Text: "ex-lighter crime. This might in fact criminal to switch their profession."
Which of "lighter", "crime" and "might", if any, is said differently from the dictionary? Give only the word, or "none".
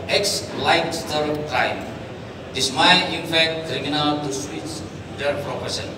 lighter